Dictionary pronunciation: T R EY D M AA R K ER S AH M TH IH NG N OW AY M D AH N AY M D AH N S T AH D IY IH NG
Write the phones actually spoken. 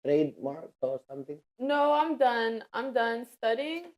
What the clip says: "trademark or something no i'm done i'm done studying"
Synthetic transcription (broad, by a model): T R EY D M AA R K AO S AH M T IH NG N OW AY M D AH N AY M D AH N S T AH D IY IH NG